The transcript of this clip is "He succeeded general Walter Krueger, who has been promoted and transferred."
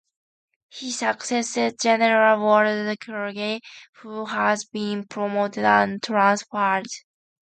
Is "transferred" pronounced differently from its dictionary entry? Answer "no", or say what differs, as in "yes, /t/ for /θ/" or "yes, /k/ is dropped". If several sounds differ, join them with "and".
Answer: yes, /p/ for /f/